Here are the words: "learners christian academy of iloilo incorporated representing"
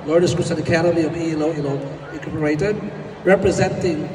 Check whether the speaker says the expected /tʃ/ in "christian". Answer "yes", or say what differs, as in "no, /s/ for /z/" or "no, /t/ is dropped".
no, /tʃ/ is dropped